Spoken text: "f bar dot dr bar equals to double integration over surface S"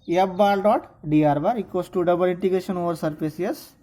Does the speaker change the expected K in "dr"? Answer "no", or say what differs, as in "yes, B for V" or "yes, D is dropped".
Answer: yes, K is dropped